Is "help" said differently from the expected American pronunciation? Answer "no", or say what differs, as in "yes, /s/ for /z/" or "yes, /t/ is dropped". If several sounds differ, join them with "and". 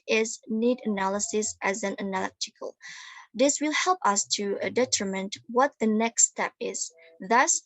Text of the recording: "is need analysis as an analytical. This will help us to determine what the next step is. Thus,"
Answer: no